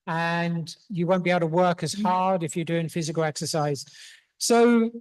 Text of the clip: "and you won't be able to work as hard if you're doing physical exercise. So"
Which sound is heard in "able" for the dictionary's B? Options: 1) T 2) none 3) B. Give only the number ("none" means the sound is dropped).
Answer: 2